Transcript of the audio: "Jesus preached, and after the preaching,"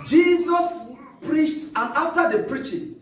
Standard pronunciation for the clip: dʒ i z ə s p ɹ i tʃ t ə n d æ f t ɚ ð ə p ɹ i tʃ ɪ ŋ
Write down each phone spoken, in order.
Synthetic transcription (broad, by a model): dʒ i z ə s p ɹ i tʃ t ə n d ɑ f t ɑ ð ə p ɹ i tʃ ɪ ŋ